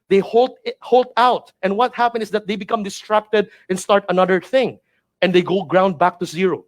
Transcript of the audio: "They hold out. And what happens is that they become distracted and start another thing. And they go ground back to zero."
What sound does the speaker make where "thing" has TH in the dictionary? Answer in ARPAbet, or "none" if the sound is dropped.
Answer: TH